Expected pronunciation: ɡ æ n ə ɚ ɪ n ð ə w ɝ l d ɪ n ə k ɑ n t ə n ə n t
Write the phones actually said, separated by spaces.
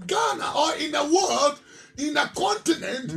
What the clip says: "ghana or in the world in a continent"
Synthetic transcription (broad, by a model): ɡ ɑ n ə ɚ ɪ n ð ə w ɝ l d ɪ n ə k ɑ n t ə n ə n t